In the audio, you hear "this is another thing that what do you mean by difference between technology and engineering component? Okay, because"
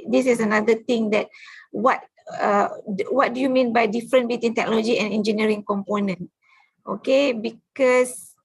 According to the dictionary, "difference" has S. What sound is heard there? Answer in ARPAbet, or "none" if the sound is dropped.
none